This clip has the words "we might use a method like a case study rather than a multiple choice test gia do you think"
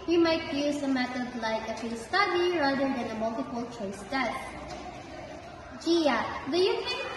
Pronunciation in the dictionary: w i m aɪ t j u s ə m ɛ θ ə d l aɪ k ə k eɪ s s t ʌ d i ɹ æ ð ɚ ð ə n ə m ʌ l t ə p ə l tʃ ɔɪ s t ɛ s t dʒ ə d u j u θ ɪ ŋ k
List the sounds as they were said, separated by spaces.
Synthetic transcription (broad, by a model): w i m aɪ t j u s ə m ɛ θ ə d l aɪ k ə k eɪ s s t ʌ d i ɹ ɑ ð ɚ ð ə n ə m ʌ l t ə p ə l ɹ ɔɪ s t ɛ t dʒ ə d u j u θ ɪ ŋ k